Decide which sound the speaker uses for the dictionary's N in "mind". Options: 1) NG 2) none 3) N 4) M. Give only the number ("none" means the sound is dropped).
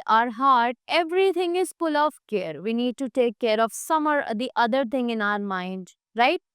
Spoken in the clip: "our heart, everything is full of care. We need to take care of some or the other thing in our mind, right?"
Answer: 3